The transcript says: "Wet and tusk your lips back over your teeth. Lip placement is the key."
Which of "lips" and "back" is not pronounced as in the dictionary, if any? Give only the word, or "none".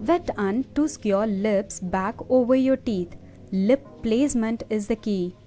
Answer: none